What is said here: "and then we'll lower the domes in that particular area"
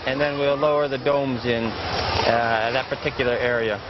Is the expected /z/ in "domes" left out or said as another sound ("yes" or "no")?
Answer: no